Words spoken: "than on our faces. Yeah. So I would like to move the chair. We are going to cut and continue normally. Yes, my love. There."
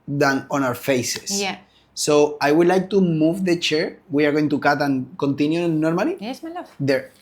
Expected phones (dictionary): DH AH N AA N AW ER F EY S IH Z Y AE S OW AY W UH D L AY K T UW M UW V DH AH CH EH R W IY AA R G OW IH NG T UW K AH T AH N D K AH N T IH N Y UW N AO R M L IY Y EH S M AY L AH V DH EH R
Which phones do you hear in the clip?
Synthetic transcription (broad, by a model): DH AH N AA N AW ER F EY S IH S OW AY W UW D L AY K T UW M UW V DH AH CH EH R W IY AA R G OW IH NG T UW K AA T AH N K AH N T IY N Y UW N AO R M IY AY L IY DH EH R